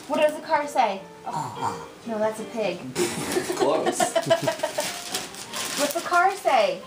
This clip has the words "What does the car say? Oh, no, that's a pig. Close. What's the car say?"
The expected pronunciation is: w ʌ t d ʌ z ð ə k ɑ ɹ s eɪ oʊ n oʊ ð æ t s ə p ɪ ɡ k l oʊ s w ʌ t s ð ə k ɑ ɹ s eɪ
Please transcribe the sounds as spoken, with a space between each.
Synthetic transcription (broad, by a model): w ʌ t d ʌ z ð ə k ɑ ɹ s eɪ oʊ n oʊ ð æ t s ə p ɪ ɡ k oʊ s w ʌ t s ð ə k ɑ ɹ s eɪ